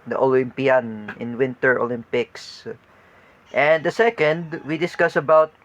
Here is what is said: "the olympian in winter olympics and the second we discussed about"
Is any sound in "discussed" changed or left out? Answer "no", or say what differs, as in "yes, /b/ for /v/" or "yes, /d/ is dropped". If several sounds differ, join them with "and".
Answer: yes, /t/ is dropped